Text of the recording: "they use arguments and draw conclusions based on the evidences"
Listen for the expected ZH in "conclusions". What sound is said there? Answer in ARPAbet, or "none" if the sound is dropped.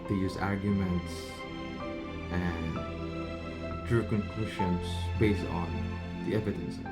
SH